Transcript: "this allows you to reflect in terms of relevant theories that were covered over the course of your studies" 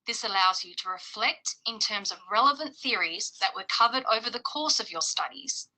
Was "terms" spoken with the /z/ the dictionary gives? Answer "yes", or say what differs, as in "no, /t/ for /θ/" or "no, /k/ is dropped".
yes